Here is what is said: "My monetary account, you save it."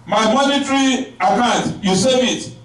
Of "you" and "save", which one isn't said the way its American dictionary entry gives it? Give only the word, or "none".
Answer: save